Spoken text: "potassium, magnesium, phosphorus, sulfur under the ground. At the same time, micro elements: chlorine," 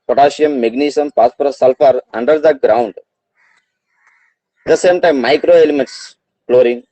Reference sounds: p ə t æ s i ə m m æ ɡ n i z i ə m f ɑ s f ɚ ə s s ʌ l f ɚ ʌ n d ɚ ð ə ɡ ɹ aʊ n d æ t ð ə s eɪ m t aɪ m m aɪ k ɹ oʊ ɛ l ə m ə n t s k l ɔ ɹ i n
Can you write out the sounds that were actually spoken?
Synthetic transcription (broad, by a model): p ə t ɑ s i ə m m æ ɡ n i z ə m p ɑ s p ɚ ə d s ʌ l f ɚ ʌ n d ɚ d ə ɡ ɹ aʊ n d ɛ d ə s eɪ m t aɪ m m aɪ k ɹ oʊ ɛ l ə m ə n t s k l ɔ ɹ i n